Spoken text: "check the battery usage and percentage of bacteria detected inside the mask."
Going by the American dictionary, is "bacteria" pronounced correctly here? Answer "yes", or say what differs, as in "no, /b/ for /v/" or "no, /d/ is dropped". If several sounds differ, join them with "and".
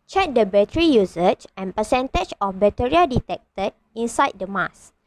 no, /k/ is dropped